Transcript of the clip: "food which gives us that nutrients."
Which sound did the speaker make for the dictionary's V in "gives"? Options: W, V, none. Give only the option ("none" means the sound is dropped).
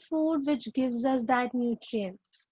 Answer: V